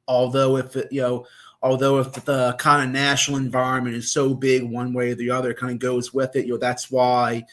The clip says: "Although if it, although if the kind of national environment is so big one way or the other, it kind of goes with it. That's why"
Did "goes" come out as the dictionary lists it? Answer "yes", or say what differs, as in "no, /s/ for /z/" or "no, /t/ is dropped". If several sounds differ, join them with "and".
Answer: yes